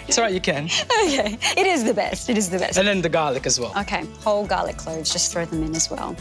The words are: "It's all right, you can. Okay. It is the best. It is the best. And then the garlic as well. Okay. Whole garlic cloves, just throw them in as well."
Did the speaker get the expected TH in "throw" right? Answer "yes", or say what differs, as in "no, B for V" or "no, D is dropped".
yes